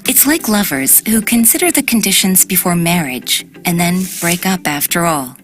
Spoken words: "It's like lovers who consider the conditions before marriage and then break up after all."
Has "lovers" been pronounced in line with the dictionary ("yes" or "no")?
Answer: yes